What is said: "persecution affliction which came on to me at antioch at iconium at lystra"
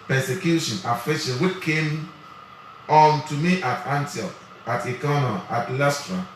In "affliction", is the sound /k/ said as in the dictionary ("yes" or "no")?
no